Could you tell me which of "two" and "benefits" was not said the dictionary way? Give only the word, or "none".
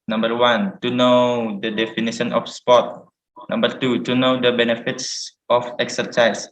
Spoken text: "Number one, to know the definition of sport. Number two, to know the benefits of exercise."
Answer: none